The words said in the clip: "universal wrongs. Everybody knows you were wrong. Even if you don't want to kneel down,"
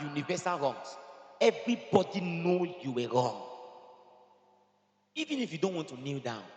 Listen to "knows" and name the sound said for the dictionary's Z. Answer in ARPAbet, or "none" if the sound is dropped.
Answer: none